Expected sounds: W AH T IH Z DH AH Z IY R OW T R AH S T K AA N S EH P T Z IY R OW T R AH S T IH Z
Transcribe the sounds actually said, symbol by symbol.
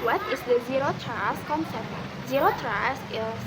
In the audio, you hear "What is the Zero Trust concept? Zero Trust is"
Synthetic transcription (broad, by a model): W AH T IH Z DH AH Z IY R OW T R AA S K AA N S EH T Z IY R OW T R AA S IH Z